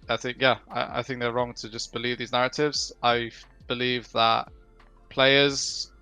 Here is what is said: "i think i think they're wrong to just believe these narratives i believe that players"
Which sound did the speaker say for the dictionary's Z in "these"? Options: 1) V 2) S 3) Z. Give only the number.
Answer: 3